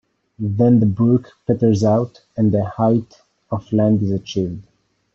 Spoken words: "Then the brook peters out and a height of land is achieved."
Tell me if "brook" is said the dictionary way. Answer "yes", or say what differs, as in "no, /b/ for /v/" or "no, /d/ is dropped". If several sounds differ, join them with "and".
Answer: no, /ɹ/ is dropped